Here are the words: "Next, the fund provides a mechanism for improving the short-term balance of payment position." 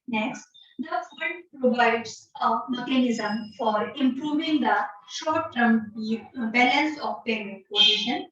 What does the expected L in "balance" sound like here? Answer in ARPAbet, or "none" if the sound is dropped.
N